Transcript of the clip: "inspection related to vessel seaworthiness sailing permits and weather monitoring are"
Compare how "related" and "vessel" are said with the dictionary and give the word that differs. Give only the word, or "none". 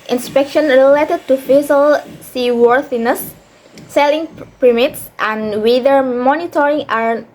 vessel